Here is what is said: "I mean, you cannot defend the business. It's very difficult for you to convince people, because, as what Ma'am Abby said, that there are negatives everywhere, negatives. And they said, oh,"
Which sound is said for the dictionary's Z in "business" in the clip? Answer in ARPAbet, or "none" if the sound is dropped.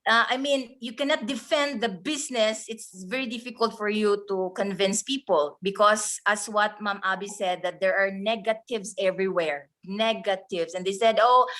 S